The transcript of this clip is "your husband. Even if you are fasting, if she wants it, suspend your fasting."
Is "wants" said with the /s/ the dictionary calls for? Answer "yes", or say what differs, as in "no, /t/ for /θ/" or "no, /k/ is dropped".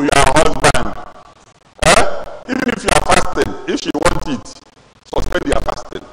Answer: no, /s/ is dropped